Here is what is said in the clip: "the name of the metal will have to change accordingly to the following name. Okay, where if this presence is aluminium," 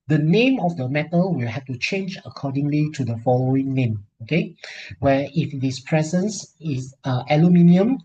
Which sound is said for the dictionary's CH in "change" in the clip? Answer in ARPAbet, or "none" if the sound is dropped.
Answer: CH